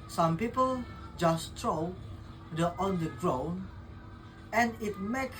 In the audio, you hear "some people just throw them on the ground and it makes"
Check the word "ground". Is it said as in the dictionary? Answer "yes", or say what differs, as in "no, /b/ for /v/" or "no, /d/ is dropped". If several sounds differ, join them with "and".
no, /d/ is dropped